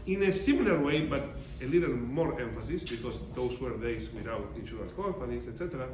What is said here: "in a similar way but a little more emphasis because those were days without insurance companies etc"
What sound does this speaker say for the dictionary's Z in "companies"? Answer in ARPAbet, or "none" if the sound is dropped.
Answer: S